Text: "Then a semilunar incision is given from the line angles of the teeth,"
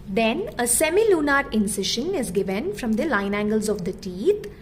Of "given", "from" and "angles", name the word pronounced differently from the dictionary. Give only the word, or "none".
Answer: none